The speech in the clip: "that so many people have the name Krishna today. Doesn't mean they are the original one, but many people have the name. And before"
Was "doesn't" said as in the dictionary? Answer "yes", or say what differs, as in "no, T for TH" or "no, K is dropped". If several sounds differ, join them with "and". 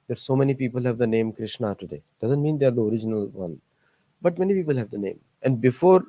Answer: yes